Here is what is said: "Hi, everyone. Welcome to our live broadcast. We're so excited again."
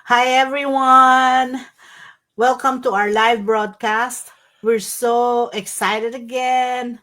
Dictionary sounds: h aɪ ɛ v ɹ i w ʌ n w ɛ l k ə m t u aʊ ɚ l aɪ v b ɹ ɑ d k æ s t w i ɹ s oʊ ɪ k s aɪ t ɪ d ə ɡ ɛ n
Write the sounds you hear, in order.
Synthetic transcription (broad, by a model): h aɪ ɛ v ɹ i w ʌ n w ɛ l k ə m t u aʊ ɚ l aɪ v b ɹ ɑ d k æ s t w i ɹ s oʊ ɪ k s aɪ t ɪ d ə ɡ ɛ n